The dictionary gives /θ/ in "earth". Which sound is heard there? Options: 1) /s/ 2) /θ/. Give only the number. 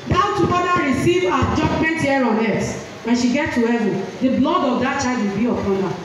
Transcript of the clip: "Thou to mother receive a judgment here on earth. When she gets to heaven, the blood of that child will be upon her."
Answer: 1